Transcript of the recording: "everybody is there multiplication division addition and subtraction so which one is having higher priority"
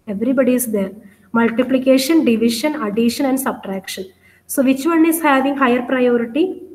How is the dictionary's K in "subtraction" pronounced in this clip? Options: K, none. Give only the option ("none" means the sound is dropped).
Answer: K